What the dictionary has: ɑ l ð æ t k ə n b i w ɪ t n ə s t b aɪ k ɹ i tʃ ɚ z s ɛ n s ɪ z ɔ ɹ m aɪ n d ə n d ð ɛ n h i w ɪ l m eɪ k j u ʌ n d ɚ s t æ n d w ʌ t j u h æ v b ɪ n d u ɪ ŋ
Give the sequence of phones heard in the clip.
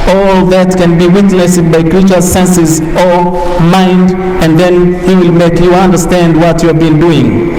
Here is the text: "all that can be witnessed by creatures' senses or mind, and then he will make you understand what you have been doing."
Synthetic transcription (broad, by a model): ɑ l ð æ t k ə n b i w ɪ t n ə s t b aɪ k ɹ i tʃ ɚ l s ɛ n s ɪ z ɔ ɹ m aɪ n d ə n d ð ɛ n h i w ɪ l m eɪ k j u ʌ n d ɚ s t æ n d w ʌ t j u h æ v b ɪ n d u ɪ ŋ